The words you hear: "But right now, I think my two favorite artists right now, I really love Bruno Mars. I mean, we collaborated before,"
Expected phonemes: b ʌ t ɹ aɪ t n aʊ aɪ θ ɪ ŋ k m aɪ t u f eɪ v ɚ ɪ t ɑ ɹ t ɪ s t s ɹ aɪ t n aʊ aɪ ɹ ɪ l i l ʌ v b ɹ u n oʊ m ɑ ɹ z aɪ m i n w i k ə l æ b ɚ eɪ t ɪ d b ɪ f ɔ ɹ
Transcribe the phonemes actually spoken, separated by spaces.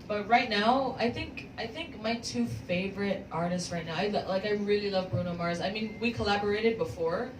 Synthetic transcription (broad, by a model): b ʌ t ɹ aɪ t n aʊ aɪ θ ɪ ŋ k m aɪ t u f eɪ v ɚ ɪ t ɑ ɹ t ɪ s t s ɹ aɪ t n aʊ aɪ ɹ ɪ l i l ʌ v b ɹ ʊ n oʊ m ɑ ɹ z aɪ m i n w i k ə l æ b ɚ eɪ t ɪ d b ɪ f ɔ ɹ